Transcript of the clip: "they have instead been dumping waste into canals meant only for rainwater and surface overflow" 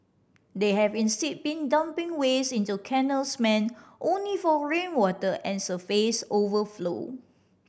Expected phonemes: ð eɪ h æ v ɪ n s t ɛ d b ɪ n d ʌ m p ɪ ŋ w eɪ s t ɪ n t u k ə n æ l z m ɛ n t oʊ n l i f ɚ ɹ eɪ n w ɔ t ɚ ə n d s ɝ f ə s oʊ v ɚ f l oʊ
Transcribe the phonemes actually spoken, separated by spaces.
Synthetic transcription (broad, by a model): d eɪ h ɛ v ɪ n s t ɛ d b ɪ n d ʌ m p ɪ ŋ w eɪ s ɪ n t u k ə n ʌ l s m ɛ n t oʊ n l i f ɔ ɹ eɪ n w ɔ t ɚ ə n s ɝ f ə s oʊ v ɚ f l oʊ